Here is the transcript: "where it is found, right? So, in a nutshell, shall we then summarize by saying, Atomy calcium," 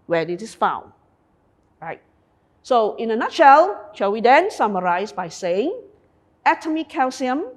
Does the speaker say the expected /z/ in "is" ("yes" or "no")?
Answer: no